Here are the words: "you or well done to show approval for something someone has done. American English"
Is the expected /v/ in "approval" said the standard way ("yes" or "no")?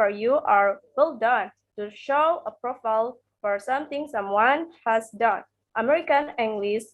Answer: no